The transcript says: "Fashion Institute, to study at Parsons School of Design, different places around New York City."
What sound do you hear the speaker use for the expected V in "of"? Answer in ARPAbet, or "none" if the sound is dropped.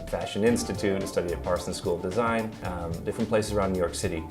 V